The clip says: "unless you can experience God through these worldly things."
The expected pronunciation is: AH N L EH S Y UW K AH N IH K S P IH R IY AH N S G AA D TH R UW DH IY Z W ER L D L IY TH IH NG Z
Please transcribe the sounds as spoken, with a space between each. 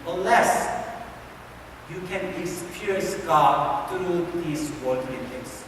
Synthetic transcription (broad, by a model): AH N L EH S Y UW K AH N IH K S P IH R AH S G AA D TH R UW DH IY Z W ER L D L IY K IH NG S